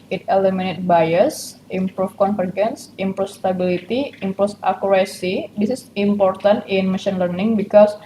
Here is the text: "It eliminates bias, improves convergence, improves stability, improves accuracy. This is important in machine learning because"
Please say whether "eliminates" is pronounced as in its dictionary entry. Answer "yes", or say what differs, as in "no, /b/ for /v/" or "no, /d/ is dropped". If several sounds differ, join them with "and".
no, /s/ is dropped